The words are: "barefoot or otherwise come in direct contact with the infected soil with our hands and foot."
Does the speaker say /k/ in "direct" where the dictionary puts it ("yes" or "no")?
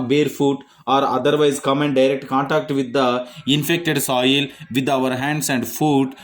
yes